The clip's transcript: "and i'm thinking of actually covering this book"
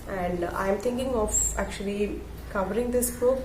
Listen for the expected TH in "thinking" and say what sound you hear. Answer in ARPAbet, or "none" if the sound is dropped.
T